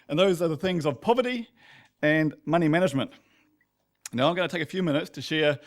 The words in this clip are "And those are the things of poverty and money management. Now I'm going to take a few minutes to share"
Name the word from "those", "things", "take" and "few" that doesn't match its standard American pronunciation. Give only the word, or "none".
none